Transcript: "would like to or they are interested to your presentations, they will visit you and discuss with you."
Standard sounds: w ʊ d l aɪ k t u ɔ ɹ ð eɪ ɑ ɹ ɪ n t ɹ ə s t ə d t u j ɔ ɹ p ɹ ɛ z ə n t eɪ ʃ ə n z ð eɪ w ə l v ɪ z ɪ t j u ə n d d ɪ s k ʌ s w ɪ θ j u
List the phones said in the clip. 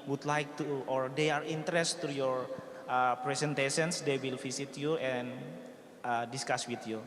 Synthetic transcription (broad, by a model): w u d l aɪ k t u ɔ ɹ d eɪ ɑ ɹ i n t ə t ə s t u j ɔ ɹ p ɹ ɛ s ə n t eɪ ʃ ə n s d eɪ w ə l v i s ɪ t j u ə n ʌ d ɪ s k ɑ s w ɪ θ j u